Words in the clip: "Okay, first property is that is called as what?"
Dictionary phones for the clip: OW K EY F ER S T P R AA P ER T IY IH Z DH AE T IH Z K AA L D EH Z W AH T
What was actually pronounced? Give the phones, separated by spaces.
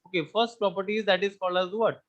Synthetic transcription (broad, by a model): OW K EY F ER S T P R AA P ER T IY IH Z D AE T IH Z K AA L AH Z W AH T